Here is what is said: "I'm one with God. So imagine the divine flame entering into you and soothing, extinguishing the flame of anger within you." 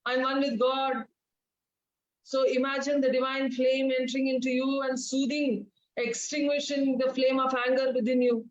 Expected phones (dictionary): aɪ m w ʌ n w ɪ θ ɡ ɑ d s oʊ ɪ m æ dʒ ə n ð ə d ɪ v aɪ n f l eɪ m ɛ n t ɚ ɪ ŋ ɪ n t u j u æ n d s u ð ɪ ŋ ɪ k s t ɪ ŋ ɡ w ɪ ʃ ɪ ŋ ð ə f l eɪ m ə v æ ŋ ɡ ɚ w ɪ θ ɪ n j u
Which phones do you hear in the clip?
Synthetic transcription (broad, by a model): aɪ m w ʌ n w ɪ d ɡ ɑ d s oʊ ɪ m æ dʒ ə n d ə d ɪ v aɪ n f l eɪ m ɛ n t ɚ ɪ ŋ ɪ n t u j u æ n d s u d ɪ ŋ ɪ k s t ɪ ŋ ɡ w ɪ ʃ ɪ ŋ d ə f l eɪ m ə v æ ŋ ɡ ɚ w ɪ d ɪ n j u